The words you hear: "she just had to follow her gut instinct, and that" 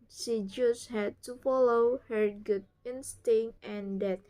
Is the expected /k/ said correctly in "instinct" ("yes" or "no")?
no